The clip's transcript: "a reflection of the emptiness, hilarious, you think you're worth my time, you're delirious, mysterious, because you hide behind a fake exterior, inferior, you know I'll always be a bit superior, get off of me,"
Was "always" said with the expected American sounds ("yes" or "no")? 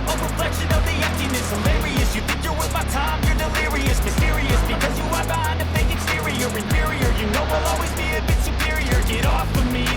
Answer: yes